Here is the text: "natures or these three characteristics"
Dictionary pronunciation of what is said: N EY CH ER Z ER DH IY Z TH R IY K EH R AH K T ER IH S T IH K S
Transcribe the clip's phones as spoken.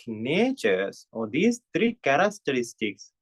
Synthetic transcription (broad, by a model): N EY CH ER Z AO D IY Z T R IY K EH R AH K T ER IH S T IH K S